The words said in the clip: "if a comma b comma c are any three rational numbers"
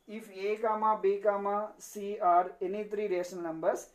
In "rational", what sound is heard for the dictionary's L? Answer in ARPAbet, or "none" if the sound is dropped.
N